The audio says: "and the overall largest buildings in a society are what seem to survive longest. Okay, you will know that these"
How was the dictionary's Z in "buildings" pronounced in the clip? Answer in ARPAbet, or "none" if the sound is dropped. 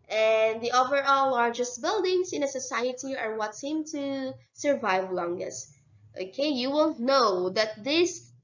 S